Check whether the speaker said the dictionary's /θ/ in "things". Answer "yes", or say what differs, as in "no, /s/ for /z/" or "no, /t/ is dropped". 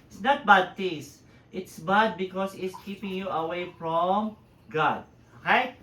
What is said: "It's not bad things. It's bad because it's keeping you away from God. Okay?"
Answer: no, /t/ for /θ/